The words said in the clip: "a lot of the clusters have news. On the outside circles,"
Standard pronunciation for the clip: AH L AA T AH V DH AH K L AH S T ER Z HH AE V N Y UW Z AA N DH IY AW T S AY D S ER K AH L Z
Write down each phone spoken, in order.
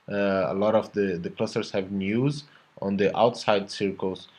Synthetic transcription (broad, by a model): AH L AA T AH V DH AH K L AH S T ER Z HH AE V N Y UW Z AA N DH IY AW T S AY D S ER K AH L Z